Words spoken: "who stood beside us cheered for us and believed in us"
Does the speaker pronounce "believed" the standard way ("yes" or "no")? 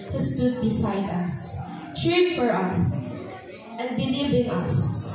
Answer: no